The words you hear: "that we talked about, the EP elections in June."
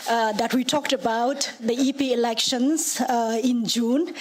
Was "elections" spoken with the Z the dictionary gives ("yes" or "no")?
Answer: no